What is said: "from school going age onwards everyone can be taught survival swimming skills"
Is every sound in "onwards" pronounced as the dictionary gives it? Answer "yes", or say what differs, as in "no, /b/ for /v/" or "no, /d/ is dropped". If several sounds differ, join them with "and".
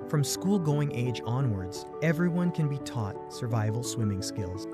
yes